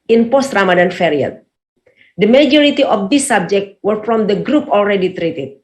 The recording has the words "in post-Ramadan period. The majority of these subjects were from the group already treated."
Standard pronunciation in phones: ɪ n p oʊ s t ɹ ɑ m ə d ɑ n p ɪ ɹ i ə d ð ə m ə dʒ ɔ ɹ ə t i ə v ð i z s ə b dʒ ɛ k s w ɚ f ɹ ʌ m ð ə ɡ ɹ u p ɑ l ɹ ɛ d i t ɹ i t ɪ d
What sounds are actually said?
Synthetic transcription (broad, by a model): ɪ n p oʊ s t ɹ ɑ m ə d ɑ n f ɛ ɹ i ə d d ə m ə dʒ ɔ ɹ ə t i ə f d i s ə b dʒ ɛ k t w ɚ f ɹ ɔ m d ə ɡ ɹ u p ɑ l ɹ ɛ d i t ɹ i t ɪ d